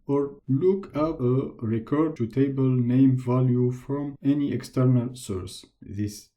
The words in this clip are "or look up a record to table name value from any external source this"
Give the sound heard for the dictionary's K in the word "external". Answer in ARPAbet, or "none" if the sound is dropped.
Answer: K